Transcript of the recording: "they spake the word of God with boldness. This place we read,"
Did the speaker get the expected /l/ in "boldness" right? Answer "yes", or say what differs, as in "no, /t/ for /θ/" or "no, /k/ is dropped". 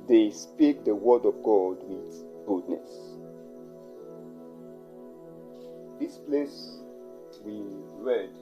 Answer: no, /l/ is dropped